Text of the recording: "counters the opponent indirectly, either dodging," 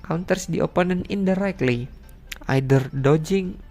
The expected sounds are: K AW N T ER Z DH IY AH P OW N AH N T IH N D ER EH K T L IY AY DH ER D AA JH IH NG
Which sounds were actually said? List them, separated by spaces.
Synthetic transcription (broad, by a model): K AW N T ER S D IY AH P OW N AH N IH N D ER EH K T L IY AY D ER D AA JH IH NG